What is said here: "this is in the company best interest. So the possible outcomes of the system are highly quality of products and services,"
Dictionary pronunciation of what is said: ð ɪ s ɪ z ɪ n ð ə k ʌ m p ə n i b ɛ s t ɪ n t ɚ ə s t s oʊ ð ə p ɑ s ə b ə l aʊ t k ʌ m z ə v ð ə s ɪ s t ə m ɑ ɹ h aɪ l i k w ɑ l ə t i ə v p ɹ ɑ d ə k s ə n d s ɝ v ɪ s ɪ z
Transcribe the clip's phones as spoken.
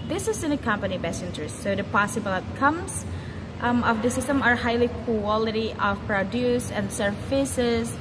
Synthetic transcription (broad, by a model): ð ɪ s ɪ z ɪ n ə k ʌ m p ə n i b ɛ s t ɪ n t ɚ ə s t s oʊ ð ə p ɑ s ə b ə l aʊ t k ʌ m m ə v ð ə s ɪ s t ə m ɑ ɹ h aɪ l i k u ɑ l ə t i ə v p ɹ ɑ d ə s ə n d s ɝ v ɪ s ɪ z